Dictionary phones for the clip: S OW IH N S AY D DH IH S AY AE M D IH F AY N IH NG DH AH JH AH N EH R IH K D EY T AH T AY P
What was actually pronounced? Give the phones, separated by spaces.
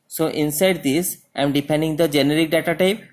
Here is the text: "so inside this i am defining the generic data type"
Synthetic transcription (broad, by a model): S OW IH N S AY D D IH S AY M D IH P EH N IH NG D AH JH AH N EH R IH K D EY T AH T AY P